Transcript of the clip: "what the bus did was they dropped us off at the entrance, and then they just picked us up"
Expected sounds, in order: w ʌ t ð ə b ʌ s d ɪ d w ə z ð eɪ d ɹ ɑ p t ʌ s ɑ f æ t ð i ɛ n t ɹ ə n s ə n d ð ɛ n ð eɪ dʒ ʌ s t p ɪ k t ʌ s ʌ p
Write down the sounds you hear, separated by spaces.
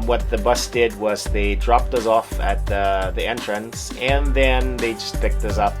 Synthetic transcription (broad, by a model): w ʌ t ð ə b ʌ s d ɪ d w ə z ð eɪ d ɹ ɑ p t ʌ s ɑ f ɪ t ð i ɛ n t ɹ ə n s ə n ð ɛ n ð eɪ dʒ ʌ s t p ɪ k t ʌ s ʌ p